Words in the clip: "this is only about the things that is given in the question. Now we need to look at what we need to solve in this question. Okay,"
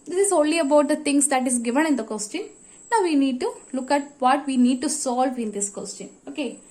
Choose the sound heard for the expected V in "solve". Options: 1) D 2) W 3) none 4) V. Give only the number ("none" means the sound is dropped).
4